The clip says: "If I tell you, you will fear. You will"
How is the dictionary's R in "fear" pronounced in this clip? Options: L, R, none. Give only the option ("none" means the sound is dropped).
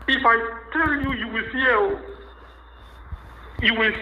L